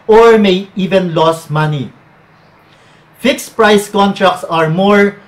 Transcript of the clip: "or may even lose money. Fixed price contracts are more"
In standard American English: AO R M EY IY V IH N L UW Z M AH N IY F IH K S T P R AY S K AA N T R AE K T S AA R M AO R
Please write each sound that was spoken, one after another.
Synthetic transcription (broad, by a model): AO R M EY IY V IH N L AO S M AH N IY F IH K S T P R AY S K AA N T R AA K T S AA R M AO R